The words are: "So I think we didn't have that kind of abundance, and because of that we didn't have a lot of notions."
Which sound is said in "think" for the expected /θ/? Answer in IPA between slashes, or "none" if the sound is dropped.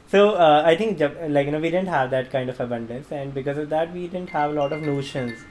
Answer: /t/